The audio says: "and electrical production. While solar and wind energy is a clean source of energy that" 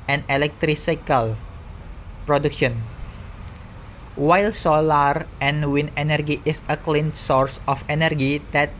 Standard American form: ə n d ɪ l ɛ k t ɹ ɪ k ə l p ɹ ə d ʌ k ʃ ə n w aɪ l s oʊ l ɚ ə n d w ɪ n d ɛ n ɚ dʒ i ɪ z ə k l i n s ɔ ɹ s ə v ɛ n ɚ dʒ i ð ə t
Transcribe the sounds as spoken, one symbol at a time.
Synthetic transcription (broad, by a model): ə n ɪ l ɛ k t ɹ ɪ k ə l p ɹ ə d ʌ k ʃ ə n w aɪ l s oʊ l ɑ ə n w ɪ n ɛ n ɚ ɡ i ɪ s ə k l i n s ɔ ɹ s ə f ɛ n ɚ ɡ i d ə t